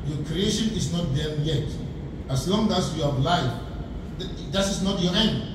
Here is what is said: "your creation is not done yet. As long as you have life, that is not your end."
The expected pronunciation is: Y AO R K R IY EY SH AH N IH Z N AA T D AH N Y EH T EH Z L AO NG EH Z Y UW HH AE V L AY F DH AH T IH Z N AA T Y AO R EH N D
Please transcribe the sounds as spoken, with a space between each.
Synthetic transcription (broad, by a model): Y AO K R IY EY SH AH N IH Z N AA T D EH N Y EH T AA S L AO NG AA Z Y UW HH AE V L AY F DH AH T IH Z N AA T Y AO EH N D